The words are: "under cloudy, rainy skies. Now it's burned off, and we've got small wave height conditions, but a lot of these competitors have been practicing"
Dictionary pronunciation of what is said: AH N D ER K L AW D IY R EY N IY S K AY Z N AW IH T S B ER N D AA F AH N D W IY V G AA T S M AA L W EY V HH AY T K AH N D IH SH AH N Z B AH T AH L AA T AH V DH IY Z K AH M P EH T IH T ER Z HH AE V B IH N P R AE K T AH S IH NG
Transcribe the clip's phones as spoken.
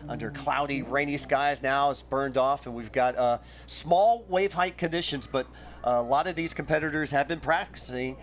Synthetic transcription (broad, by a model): AH N D ER K L AW D IY R EY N IY S K AY Z N AW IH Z B ER N D AA F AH N W IY V G AA T S M AA L W EY V HH AY T K AH N D IH SH AH N Z B AH T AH L AA T AH V DH IY Z K M P EH T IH T ER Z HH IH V B IH N P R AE K T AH S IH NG